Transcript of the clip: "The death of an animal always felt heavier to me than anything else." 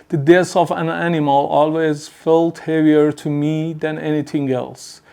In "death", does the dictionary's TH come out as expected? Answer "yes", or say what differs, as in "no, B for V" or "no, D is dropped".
no, S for TH